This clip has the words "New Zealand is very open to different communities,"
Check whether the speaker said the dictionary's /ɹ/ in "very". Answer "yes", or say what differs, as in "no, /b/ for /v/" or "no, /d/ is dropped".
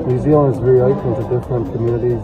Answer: no, /ɹ/ is dropped